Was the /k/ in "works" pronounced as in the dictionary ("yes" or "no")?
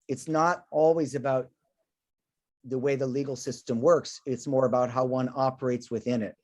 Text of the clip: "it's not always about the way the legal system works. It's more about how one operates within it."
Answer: yes